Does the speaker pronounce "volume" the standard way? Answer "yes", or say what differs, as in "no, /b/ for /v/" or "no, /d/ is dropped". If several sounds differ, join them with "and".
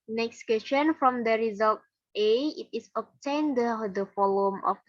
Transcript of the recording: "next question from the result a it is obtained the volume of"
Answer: no, /f/ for /v/